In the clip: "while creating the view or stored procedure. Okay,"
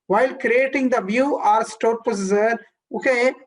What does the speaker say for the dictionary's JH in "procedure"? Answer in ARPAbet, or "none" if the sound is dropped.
Z